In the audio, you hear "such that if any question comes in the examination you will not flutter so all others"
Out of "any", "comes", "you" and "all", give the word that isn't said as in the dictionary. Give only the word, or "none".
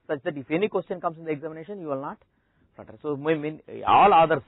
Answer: comes